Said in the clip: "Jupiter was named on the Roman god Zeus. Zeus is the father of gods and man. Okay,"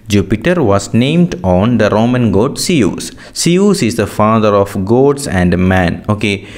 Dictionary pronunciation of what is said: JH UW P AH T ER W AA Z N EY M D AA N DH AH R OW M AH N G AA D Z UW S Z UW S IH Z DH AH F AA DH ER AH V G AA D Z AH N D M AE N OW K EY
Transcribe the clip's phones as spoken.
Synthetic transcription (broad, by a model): JH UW P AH T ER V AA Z N EY M D AA N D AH R OW M AH N G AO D S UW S S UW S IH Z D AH F AA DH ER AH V G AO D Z AH N D M AE N OW K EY